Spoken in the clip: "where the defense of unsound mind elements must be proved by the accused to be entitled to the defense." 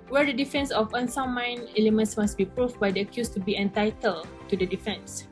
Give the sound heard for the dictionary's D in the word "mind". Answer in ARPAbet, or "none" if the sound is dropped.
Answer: none